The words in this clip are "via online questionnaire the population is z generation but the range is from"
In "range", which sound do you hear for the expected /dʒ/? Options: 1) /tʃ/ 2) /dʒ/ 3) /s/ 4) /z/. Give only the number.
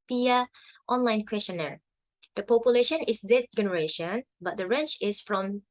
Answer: 1